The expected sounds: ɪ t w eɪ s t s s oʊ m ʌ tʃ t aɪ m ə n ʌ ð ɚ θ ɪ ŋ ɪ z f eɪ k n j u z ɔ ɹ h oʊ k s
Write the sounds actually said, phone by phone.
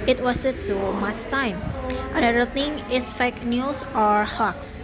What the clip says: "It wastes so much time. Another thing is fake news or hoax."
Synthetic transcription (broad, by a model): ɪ t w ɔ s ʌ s s oʊ m ʌ tʃ t aɪ m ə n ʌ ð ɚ t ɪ ŋ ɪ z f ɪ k n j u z ɔ ɹ h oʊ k s